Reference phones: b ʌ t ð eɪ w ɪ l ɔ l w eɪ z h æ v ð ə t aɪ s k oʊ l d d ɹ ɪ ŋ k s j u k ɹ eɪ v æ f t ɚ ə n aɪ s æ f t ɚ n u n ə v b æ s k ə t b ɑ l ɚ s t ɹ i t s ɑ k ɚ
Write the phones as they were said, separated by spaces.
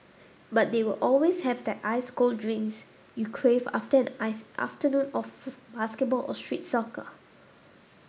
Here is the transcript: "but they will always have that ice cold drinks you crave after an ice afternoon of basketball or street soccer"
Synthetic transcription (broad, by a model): b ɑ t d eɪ w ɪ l ɔ l w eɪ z h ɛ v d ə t aɪ s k oʊ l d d ɹ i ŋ s j u k ɹ eɪ v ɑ f t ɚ ə n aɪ f t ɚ n u n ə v b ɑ s k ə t b ɑ l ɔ s t ɹ i t s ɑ k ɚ